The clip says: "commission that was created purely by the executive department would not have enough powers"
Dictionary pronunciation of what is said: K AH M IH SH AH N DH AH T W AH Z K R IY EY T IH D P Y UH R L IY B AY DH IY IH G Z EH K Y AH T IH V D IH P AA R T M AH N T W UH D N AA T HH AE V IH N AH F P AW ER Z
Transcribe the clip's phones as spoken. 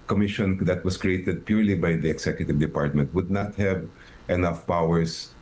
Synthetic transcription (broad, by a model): K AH M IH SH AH N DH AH T W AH S K R IY EY T IH D P Y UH R L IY B AY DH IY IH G S EH K Y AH T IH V D IH P AA R T M AH N T W UH D N AA T HH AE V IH N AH F P AW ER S